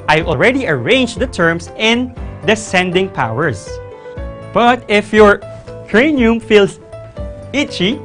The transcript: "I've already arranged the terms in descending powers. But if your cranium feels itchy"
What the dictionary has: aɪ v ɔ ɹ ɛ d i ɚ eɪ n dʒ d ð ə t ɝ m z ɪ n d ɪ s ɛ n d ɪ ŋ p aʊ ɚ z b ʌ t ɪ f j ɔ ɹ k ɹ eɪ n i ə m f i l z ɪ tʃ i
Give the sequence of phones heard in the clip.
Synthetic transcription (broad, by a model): aɪ ɔ ɹ ɛ d i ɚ eɪ n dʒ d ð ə t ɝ m s ɪ n d ɪ s ɛ n d ɪ ŋ p aʊ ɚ s b ʌ t ɪ f j ɔ ɹ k ɹ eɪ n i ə m f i l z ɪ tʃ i